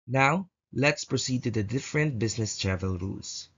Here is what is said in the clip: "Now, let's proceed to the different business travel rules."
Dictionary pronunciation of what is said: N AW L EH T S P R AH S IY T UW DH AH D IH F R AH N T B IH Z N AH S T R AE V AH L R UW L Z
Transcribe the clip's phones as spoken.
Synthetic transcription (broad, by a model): N AW L EH T S P R AH S IY T UW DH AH D IH F R AH N T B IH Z N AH S T R AE V AH L R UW L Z